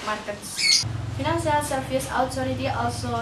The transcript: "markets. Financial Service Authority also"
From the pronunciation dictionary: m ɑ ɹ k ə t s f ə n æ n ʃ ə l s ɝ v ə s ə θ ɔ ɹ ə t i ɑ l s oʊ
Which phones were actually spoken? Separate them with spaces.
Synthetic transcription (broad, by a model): m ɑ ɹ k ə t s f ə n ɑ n s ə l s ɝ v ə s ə t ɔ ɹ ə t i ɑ l s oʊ